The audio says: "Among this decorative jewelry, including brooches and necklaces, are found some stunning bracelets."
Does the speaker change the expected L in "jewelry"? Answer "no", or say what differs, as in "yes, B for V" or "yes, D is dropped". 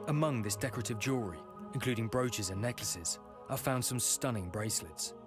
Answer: yes, L is dropped